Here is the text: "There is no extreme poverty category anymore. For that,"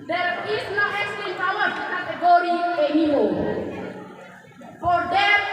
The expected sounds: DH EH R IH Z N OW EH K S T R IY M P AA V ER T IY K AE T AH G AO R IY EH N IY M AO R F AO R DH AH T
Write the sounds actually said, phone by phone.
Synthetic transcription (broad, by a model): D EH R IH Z N OW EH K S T IY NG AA W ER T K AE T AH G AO R IY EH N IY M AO F AO R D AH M